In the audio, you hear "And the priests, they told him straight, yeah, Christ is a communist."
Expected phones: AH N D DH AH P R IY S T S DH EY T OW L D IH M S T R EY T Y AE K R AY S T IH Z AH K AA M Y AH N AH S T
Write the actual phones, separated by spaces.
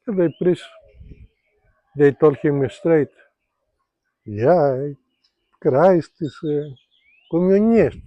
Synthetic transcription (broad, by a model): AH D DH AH P R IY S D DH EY T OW L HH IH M S T R EY T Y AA K R AY S T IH S AH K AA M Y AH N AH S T